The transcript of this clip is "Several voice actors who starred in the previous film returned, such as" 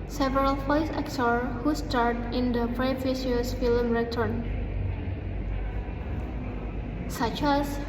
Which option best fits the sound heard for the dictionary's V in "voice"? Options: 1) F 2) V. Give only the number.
1